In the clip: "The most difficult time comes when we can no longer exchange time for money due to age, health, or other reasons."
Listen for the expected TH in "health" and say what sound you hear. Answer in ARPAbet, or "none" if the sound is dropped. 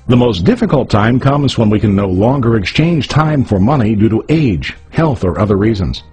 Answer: TH